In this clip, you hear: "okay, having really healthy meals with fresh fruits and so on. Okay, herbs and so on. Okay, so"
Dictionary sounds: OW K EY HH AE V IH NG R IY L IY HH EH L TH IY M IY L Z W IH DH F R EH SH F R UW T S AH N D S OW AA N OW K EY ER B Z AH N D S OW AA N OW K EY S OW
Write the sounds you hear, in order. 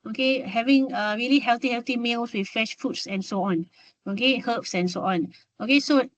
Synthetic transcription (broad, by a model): OW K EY HH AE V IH NG R IY L IY HH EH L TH IY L IY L S W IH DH F EH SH F UW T S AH N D S OW AA N OW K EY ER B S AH N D S OW AA N OW K EY S OW